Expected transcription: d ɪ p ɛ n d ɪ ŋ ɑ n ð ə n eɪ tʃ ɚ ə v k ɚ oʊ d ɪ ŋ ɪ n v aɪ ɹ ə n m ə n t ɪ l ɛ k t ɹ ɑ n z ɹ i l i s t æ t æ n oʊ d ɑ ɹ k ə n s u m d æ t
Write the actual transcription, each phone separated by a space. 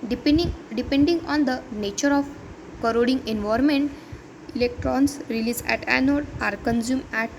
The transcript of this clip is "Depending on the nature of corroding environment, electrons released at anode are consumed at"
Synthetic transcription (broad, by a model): d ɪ p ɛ n d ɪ ŋ ɑ n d ə n eɪ tʃ ɚ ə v k ɚ oʊ d ɪ ŋ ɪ n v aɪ ə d m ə n t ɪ l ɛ k t ɹ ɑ n s ɹ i l i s æ t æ n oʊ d ɑ ɹ k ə n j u m æ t